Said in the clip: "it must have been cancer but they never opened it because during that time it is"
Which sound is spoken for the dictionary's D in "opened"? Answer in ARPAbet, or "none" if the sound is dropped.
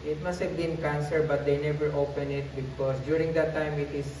none